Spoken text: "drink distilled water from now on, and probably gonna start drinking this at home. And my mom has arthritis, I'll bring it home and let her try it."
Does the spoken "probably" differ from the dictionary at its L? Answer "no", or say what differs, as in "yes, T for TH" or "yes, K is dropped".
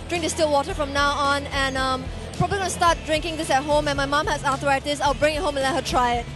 yes, L is dropped